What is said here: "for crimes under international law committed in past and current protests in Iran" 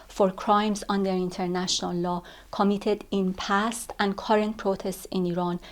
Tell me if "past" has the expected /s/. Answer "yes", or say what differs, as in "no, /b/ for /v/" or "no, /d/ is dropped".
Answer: yes